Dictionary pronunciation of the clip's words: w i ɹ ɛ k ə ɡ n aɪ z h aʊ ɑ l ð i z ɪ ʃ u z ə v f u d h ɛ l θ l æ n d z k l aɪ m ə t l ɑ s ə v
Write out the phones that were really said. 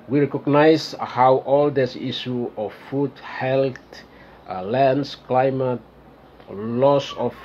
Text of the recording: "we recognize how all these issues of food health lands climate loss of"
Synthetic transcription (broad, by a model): w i ɹ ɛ k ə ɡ n aɪ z h aʊ ɑ l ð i s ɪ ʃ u ə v f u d h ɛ l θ l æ n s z k l aɪ m ə t l ɑ s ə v